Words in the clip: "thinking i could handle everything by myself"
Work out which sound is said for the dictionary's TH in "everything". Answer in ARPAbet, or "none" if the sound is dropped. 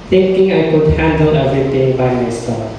T